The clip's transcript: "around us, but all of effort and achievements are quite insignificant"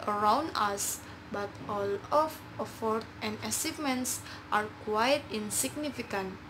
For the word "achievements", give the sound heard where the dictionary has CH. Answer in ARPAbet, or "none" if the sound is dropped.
S